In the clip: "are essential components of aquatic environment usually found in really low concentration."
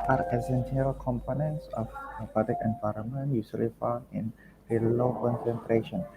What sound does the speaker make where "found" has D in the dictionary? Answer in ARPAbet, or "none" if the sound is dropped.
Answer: none